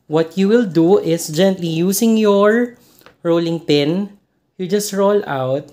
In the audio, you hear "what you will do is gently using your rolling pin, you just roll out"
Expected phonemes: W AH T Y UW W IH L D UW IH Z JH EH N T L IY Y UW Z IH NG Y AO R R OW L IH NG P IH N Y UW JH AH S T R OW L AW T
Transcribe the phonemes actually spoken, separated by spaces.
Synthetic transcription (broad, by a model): W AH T Y UW W IH L D UW IH S JH EH N T L IY Y UW S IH NG Y AO R R OW L IH NG P IH N Y UW JH AH S T R OW L AW T